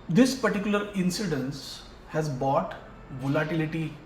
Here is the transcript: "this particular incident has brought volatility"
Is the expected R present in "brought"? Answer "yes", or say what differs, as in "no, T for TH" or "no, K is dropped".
no, R is dropped